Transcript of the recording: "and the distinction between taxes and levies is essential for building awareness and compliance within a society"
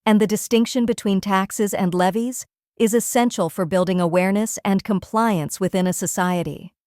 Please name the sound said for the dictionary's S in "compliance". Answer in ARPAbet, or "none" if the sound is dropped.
S